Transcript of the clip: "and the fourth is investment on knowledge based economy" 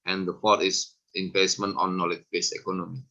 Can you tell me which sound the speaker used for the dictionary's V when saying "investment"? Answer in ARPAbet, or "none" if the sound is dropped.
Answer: P